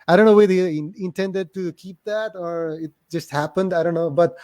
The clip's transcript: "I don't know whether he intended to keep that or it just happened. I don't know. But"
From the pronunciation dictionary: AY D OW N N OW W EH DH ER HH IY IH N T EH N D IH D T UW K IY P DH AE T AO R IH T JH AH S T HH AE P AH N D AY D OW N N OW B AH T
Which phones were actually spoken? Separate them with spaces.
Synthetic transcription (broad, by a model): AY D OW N N OW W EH IH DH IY IH N T EH N D IH D T UW K IY P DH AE T AO R IH T JH AH S T HH AE P AH N D AY D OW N N OW B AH T